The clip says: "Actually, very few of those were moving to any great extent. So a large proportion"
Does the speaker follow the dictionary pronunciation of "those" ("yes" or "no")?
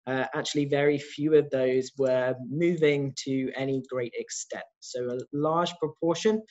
yes